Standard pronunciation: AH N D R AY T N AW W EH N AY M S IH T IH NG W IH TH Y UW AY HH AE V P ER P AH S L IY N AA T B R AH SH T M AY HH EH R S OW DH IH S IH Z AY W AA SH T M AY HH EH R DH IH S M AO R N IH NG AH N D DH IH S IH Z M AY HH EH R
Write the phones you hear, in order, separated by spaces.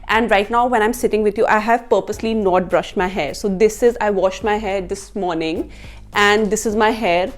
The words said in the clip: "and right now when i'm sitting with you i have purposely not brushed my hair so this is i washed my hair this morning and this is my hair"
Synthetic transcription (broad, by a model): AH N D R AY T N AW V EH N AY M S IH T IH NG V IH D Y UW AY HH AE V P ER P AH S L IY N AA T B R AH SH T M AY HH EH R S OW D IH S IH Z AY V AA SH T M AY HH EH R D IH S M AO R N IH NG AH N D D IH S IH Z M AY HH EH R